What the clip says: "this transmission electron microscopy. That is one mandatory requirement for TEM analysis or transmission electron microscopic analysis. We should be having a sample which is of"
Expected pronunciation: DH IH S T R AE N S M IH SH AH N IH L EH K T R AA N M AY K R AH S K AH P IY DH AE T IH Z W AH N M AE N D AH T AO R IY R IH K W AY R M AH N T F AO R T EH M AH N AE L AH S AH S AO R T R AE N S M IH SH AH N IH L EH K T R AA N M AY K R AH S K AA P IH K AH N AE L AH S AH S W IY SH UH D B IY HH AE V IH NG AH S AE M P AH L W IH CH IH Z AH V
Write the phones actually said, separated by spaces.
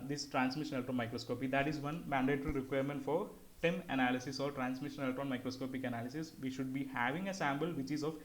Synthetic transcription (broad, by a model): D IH S T R AE N S M IH SH AH N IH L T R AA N M AY K R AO S K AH P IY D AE T IH Z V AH N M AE N D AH T R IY R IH K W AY R M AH N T F AO R T EH M AH N AE L AH S AH S AO R T R AE N S M IH SH AH N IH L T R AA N M AY K R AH S K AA P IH K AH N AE L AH S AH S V IY SH UH D B IY HH AE V IH NG AH S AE M B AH L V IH CH IH Z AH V